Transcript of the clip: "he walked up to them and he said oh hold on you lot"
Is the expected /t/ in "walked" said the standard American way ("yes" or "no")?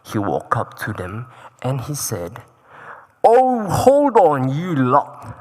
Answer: no